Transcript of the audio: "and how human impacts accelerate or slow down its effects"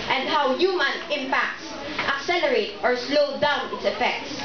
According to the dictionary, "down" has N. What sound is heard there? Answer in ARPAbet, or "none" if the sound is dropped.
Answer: N